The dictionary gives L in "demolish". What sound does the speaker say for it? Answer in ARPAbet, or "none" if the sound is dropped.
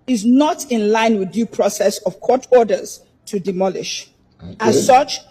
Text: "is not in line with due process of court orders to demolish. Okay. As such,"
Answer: L